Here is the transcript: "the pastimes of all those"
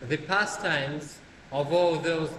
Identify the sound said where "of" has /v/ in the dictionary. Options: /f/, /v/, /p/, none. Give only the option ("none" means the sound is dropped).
/v/